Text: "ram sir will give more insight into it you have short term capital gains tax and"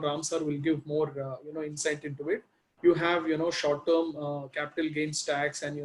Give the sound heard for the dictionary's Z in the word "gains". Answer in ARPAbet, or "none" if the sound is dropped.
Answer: S